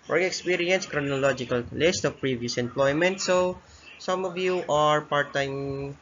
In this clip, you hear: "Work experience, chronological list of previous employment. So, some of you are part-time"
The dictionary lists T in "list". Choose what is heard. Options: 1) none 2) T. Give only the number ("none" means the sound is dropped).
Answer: 2